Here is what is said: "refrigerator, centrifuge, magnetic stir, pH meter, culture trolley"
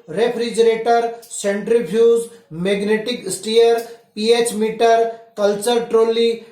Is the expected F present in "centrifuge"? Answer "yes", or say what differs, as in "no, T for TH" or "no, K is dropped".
no, P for F